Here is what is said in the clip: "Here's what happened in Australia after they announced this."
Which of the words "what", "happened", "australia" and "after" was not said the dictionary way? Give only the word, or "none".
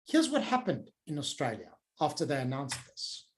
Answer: none